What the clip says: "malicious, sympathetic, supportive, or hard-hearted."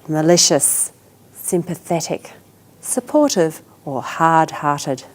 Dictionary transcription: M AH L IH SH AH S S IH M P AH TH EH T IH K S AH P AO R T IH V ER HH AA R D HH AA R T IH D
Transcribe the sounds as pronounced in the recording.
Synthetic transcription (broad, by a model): M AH L IH SH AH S S IH M P AH TH EH T IH K S AH P AO R T IH V ER HH AA R D HH AA R T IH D